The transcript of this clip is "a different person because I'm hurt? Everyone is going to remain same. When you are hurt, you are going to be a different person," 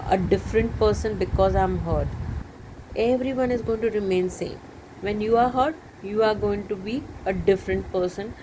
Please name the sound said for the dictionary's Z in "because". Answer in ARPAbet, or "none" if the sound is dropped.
Z